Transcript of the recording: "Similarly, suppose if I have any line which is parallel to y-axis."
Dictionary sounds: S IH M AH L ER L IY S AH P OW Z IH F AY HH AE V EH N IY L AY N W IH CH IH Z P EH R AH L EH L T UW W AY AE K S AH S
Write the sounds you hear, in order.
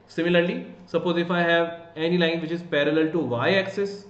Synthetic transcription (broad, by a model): S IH M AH L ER L IY S AH P OW Z IH F AY HH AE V EH N IY L AY N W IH CH IH Z P EH R AH L EH L T UW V AY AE K S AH S